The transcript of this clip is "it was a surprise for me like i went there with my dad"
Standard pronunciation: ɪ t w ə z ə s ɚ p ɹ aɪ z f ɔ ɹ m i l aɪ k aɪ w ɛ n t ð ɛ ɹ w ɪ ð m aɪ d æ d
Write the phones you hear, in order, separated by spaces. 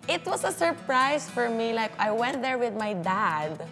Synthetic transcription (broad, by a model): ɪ t w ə s ə s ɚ p ɹ aɪ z f ɔ ɹ m i l aɪ k aɪ w ɛ n t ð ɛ ɹ w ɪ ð m aɪ d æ d